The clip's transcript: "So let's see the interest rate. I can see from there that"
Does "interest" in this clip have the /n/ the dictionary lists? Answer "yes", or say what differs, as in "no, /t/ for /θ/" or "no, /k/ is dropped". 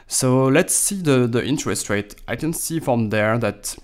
yes